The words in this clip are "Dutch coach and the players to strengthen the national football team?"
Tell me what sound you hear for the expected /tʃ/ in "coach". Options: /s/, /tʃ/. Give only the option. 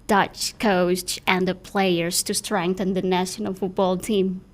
/s/